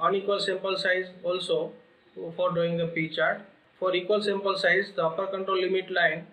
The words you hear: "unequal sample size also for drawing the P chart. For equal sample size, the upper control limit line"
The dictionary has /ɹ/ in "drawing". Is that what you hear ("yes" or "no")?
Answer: no